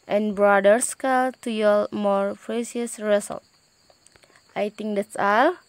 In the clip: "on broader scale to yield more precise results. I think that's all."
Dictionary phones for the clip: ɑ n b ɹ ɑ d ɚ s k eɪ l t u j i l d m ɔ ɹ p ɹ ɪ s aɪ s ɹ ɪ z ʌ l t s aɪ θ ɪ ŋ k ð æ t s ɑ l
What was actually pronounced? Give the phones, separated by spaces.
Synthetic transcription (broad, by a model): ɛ n b ɹ ɑ d ɚ s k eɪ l t u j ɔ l m ɔ ɹ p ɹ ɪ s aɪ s ɹ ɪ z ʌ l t aɪ t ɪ ŋ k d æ t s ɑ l